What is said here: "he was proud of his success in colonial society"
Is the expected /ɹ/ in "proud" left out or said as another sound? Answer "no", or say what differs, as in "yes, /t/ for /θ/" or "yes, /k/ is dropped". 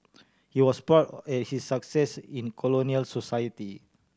yes, /ɹ/ is dropped